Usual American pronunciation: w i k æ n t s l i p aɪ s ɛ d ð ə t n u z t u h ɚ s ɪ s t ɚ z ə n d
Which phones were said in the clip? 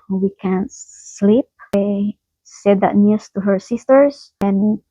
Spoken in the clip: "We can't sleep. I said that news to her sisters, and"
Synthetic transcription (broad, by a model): w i k æ n t s l i p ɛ s ɛ d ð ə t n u s t u h ɚ s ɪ s t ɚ s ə n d